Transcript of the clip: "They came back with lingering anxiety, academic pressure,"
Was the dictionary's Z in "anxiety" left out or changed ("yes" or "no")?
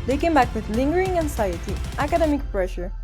yes